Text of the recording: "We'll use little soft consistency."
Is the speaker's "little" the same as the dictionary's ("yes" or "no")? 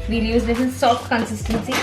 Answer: no